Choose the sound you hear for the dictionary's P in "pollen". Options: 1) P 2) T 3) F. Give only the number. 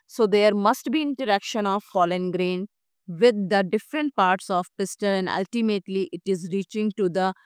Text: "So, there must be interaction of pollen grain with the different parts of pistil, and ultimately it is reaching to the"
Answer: 3